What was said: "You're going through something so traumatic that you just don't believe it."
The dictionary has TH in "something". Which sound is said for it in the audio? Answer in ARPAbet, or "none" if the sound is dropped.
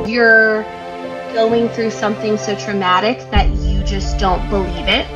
TH